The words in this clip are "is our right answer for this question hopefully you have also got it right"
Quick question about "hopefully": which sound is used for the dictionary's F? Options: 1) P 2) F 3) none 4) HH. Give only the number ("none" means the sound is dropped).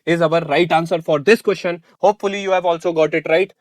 2